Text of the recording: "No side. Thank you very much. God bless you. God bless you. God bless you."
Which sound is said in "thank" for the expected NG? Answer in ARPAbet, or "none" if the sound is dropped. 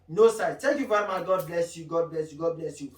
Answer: none